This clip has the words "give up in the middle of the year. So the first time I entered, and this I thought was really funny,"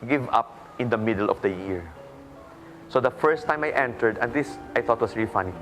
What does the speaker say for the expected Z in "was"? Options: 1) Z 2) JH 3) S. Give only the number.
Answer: 3